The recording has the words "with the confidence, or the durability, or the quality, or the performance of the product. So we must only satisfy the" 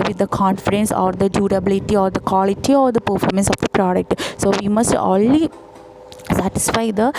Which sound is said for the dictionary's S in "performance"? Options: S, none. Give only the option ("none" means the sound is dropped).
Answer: S